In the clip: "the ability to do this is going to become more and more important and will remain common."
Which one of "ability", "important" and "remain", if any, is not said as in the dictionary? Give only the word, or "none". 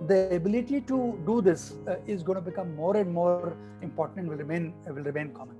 important